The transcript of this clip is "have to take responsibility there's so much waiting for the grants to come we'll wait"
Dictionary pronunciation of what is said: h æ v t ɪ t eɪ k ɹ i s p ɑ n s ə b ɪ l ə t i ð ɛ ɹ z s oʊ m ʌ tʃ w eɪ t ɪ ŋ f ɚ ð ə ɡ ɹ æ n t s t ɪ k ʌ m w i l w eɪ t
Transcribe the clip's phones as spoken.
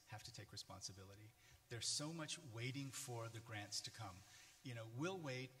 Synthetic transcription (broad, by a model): h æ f t ɪ t eɪ k ɹ i s p ɑ n s ə b ɪ l ə t i ð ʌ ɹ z s oʊ m ʌ tʃ w eɪ t ɪ ŋ f ɚ ð ə ɡ ɹ æ n t s t ɪ k ʌ m w i l w eɪ t